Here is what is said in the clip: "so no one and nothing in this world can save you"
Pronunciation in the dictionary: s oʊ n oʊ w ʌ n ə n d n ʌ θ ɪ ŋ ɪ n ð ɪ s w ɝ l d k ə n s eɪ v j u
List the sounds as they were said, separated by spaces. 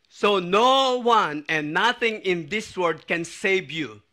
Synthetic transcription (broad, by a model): s oʊ n oʊ w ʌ n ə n n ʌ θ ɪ ŋ ɪ n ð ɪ s w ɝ d k ə n s eɪ v j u